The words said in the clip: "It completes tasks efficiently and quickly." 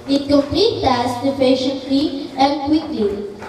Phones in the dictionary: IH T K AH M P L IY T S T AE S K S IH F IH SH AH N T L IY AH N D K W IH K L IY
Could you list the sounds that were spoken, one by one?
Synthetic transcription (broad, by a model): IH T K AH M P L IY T T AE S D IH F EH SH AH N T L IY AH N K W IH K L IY